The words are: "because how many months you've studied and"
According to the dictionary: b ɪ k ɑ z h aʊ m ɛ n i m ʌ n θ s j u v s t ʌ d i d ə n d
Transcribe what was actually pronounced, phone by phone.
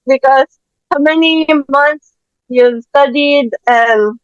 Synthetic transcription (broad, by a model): b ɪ k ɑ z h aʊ m ɛ n i m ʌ n t s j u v s t ʌ d i d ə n